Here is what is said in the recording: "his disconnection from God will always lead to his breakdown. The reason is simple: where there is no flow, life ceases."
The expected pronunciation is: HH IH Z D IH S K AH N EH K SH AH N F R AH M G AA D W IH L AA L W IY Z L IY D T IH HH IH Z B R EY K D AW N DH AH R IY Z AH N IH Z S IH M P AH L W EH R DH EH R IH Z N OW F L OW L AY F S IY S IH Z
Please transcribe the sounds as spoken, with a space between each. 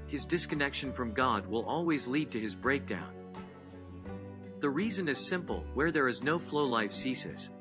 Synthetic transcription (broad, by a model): HH IH Z D IH S K AH N EH K SH AH N F R AH M G AA D W IH L AA L W IY Z L IY D T IH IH Z B R EY K D AW N DH AH R IY Z AH N IH Z S IH M P L W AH R DH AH R IH Z N OW F L OW L AY F S IY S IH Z